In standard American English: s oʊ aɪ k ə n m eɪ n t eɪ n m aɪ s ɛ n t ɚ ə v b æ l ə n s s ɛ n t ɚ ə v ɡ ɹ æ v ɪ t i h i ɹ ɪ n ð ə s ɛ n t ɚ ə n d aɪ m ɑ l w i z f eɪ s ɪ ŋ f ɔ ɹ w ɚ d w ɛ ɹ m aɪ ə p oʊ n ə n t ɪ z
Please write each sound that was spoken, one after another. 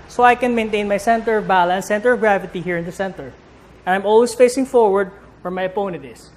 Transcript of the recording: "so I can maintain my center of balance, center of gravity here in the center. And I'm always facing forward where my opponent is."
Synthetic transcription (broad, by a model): s oʊ aɪ k ə n m eɪ n t eɪ n m aɪ s ɛ n t ɚ ə v b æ l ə n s s ɛ n t ɚ ə v ɡ ɹ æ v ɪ t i h i ɹ ɪ n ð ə s ɛ n t ɚ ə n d aɪ m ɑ l w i s f eɪ s ɪ ŋ f ɔ ɹ w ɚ d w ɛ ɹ m aɪ ə p oʊ n ə n t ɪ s